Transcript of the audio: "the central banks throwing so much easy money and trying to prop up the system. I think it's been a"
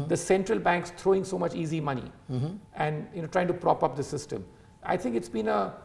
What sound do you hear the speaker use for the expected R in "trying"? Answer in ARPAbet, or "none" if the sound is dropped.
R